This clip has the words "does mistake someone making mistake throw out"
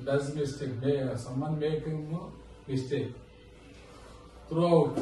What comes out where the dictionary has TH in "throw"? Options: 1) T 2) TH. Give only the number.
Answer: 1